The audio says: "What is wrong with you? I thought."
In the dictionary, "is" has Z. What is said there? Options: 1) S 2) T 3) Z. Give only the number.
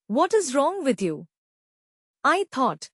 3